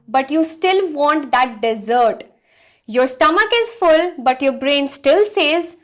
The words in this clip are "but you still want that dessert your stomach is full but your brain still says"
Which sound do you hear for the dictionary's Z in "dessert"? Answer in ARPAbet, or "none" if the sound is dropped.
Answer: Z